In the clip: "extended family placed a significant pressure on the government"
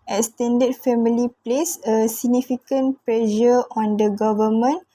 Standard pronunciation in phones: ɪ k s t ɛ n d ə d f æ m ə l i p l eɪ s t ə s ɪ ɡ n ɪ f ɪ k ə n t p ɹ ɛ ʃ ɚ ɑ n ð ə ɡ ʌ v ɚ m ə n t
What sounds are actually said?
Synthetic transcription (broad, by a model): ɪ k s t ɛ n d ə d f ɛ m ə l i p l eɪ s ə s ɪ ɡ n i f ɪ k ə n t p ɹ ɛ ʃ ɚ ɑ n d ə ɡ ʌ v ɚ m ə n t